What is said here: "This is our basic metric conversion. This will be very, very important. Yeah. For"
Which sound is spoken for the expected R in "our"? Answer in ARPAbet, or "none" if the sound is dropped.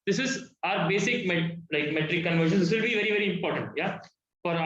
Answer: R